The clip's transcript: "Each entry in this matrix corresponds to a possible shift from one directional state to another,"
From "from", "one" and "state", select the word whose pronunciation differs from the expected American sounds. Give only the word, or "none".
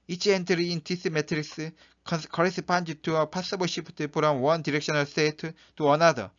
from